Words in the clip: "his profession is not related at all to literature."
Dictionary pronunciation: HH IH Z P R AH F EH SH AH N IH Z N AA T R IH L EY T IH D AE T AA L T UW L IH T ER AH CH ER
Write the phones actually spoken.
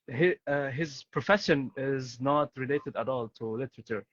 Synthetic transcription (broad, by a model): HH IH Z P R AH F EH SH AH N IH Z N AA T R IH L EY T IH D AE T AA L T UW L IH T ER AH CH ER